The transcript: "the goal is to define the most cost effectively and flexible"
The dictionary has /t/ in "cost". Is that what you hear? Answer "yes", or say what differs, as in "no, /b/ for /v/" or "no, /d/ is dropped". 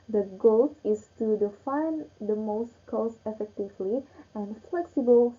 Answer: no, /t/ is dropped